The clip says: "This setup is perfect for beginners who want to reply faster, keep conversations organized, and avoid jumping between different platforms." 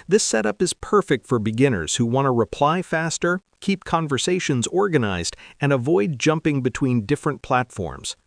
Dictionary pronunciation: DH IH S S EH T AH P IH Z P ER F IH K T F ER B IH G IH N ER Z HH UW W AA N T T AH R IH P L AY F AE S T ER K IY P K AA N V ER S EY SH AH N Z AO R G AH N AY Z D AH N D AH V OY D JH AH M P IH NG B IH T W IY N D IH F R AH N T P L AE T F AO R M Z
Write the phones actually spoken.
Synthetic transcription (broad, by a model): DH IH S S EH T AH P IH Z P ER F IH K T F ER B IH G IH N ER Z HH UW W AA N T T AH R IH P L AY F AE S T ER K IY P K AA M V ER S EY SH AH N Z AO R G AH N AY Z D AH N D AH V OY D JH AH M P IH NG B IH T W IY N D IH F R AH N P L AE T F AO R M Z